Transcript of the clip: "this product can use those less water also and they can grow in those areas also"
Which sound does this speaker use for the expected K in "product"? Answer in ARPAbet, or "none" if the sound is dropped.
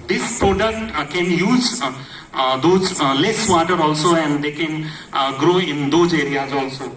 none